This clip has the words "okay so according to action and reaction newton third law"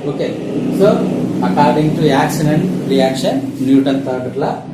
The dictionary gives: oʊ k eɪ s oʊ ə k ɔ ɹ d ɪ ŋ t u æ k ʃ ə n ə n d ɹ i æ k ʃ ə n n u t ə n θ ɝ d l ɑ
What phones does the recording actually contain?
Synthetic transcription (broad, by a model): oʊ k eɪ s oʊ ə k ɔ ɹ d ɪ ŋ t u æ k s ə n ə n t ɹ i æ k ʃ ə n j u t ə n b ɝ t l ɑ